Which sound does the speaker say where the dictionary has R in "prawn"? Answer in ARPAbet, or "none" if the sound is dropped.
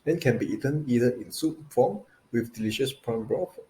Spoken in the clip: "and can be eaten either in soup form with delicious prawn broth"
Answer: none